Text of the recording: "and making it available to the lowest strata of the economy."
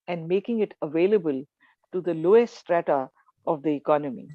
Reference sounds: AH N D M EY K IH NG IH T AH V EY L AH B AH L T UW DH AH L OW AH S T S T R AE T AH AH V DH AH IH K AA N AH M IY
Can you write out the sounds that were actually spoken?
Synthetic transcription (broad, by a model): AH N D M EY K IH NG IH T AH V EY L AH B AH L T UW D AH L OW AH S S T R AE T AH AH V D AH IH K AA N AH M IY